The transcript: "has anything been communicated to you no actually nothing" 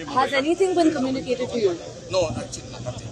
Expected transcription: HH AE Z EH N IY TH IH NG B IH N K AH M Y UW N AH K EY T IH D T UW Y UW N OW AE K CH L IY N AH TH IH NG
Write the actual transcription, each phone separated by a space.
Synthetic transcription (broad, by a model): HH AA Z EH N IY S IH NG B IH N K AH M Y UW N AH K EY T IH D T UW Y UW N OW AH